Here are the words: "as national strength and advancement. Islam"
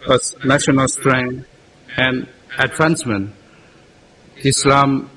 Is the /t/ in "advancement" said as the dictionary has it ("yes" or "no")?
no